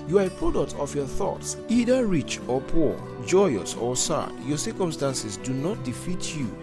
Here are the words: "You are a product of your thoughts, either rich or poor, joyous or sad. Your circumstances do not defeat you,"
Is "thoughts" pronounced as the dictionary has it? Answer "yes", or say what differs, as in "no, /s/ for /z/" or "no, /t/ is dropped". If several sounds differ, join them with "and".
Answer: yes